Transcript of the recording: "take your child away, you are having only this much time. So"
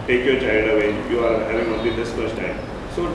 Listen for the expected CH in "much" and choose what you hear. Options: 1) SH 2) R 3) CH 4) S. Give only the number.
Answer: 4